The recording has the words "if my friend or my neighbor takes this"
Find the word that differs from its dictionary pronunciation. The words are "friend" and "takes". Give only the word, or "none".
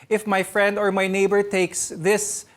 none